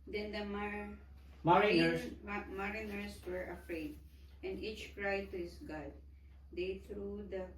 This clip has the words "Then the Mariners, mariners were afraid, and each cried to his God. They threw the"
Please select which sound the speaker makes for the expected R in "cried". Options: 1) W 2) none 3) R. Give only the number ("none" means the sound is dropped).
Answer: 3